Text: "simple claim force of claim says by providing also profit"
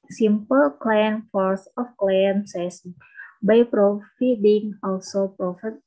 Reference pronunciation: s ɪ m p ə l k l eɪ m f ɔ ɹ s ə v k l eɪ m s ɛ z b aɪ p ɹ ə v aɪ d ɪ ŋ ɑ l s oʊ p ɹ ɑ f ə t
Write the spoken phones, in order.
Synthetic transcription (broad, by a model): s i m p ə l k l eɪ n f ɔ ɹ s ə f k l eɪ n s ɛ s b aɪ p ɹ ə f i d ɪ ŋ ɑ l s oʊ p ɹ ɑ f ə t